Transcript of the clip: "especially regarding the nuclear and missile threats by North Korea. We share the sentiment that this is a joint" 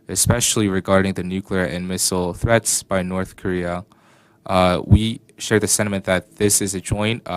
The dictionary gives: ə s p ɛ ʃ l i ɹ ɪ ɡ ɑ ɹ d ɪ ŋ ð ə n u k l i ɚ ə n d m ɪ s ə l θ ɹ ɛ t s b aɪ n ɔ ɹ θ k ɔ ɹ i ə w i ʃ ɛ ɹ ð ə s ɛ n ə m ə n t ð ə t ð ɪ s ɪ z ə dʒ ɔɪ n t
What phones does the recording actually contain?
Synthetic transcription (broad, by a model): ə s p ɛ ʃ l i ɹ ɪ ɡ ɑ ɹ d ɪ ŋ ð ə n u k l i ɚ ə n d m ɪ s l θ ɹ ɛ t s b aɪ n ɔ ɹ θ k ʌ ɹ i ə w i ʃ ɛ ɹ ð ə s ɛ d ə m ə n ð ə t ð ɪ s ɪ z ə dʒ ɔɪ n t